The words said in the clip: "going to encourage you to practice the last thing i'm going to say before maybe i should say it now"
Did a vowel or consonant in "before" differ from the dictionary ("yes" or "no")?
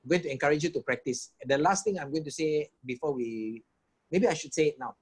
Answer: yes